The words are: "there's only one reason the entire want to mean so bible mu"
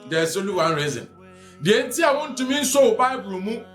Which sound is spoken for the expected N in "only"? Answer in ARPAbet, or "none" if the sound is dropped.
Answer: none